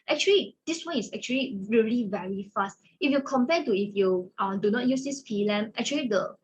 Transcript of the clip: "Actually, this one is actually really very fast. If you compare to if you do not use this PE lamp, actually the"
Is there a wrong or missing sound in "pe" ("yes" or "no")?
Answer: yes